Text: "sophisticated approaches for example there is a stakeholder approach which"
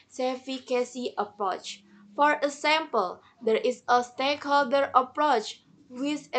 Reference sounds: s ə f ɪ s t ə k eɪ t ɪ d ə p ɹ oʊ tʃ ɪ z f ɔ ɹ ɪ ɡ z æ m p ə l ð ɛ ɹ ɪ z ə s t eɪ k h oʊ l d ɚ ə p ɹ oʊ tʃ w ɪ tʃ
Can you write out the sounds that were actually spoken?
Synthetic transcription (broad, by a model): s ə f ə k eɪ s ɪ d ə p ɹ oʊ tʃ f ɔ ɹ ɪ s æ m p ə l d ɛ ɹ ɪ s ə s t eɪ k h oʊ l d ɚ ə p ɹ oʊ tʃ w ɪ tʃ